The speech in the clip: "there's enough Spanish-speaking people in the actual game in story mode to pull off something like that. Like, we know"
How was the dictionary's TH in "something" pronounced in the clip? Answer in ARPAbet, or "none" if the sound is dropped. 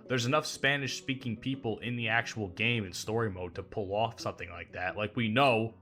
TH